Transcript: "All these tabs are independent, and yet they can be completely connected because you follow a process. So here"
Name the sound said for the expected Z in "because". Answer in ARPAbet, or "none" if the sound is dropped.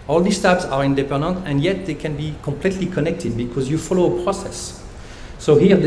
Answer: Z